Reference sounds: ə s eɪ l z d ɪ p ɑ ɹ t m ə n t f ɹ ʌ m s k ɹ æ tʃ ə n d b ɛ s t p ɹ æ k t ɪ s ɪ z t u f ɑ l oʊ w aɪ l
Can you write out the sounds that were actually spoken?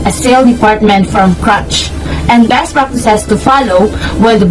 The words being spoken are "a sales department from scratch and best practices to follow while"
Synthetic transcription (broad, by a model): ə s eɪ l d ɪ p ɑ ɹ t m ə n t f ɹ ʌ m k ɹ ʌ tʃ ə n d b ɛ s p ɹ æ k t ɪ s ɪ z t u f ɑ l oʊ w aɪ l